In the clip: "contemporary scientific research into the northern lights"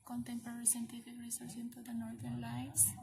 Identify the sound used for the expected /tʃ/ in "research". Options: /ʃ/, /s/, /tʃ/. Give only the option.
/s/